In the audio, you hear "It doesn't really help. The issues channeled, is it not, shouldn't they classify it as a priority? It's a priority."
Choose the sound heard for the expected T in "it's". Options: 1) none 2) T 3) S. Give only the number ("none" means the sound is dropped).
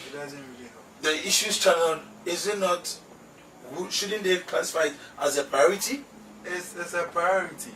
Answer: 3